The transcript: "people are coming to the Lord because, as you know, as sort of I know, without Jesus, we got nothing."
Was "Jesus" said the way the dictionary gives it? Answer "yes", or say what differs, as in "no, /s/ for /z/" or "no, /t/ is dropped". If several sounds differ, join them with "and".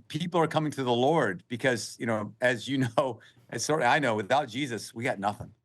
yes